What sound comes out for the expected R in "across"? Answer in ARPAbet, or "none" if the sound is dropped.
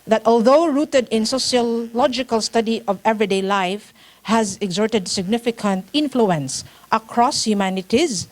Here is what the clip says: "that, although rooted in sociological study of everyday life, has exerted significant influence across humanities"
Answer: R